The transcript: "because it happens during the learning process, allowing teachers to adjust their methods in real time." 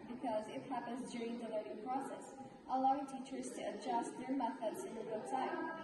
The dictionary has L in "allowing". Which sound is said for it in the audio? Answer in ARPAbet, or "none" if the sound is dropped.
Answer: L